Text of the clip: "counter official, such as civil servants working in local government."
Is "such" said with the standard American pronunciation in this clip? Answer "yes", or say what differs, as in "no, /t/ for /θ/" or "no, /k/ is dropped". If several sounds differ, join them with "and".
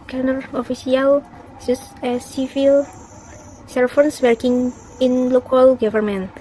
no, /s/ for /tʃ/